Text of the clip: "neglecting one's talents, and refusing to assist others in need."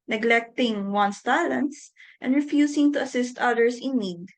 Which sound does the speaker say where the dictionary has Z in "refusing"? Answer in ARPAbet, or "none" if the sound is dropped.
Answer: S